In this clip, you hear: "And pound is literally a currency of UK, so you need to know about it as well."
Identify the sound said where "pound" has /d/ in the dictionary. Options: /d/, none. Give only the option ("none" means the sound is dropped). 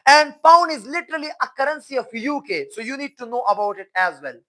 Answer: none